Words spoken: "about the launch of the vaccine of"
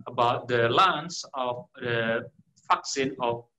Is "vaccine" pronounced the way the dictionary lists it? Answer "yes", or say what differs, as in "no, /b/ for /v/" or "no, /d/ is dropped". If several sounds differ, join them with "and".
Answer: no, /f/ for /v/